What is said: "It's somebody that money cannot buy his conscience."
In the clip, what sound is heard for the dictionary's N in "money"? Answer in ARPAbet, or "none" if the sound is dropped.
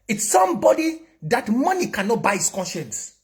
N